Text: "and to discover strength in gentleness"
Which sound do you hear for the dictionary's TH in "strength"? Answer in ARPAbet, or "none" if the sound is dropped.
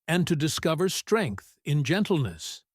TH